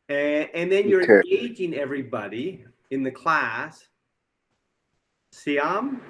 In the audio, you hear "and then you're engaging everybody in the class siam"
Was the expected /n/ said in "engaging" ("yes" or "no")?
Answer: no